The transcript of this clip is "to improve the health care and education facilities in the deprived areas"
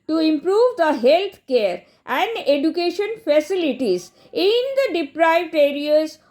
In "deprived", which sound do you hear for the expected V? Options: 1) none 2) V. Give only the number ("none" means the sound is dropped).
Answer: 2